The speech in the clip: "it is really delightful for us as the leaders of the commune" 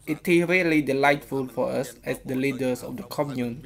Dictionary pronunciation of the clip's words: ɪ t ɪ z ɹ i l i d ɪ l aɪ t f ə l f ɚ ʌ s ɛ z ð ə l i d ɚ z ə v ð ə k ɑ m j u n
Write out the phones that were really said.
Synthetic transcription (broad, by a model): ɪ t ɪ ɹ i l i d ɪ l aɪ t f ə l f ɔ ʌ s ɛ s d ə l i d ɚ s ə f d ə k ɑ m j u n